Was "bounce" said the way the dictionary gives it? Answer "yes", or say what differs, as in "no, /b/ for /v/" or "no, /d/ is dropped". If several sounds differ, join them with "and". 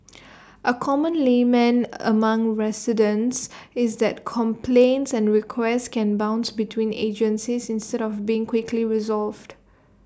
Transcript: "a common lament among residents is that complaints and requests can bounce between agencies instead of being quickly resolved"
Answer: yes